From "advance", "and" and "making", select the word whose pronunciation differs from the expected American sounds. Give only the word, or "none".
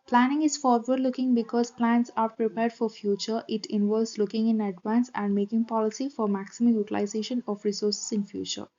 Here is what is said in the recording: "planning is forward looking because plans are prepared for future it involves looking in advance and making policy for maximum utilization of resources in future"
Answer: none